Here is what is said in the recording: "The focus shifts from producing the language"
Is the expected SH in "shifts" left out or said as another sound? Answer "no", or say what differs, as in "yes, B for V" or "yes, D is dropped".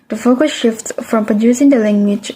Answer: no